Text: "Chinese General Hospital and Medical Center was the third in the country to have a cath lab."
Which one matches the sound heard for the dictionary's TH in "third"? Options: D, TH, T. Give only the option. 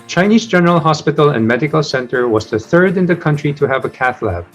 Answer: TH